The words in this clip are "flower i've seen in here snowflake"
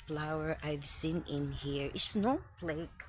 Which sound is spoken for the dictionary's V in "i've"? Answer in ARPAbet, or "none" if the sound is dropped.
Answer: V